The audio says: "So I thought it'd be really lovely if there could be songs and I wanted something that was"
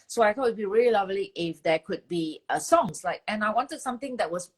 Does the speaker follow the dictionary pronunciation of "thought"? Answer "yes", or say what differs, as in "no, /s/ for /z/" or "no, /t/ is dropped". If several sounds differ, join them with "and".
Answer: no, /t/ is dropped